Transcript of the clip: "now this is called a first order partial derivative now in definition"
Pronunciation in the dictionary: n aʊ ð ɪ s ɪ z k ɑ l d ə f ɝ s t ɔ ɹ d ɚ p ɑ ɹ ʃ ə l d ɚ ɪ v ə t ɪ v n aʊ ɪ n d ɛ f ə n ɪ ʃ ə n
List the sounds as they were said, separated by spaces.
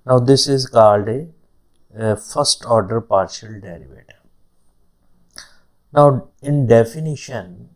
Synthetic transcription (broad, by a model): n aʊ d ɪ s ɪ z k ɑ l d ə f ɝ s t ɔ ɹ d ɚ p ɑ ɹ ʃ ə l d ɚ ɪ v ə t n aʊ ɪ n d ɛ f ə n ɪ ʃ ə n